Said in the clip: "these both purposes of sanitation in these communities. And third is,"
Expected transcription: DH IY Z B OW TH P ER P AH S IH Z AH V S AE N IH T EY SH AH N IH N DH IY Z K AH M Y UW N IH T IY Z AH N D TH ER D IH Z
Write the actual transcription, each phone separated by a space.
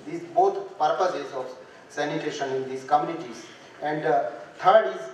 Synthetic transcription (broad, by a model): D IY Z B OW T P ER P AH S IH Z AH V S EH N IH T EY SH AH N IH N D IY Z K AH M Y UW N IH T IY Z AH N D T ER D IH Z